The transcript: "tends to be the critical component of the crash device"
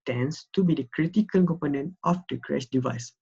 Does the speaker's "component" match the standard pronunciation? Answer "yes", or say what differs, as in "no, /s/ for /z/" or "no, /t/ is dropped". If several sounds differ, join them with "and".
yes